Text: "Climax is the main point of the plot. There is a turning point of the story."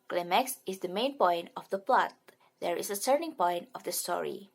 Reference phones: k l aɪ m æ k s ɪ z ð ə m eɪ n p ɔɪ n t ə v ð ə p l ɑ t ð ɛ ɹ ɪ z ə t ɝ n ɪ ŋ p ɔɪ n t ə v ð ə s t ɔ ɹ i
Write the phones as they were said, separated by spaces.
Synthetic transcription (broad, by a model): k l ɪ m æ k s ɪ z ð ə m eɪ n p ɔɪ n t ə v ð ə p l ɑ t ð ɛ ɹ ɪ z ə s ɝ n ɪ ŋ p ɔɪ n t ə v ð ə s t ɔ ɹ i